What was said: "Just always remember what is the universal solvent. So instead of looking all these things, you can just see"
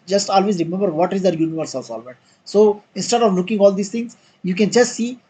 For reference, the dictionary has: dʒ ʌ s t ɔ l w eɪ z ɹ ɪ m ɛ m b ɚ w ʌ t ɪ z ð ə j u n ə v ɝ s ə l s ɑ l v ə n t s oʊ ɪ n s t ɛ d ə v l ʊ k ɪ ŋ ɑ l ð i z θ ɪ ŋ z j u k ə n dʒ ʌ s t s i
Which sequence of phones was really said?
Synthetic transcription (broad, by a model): dʒ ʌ s t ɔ l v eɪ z ɹ ɪ m ɛ m b ɚ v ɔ t ɪ z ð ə j u n ə v ɝ s ə l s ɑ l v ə t s oʊ ɪ n s t ɛ d ə v l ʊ k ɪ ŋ ɑ l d i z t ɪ ŋ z j u k ə n dʒ ʌ s t s i